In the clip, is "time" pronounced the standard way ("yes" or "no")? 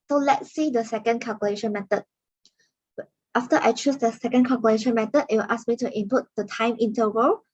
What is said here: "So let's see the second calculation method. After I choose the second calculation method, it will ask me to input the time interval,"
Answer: yes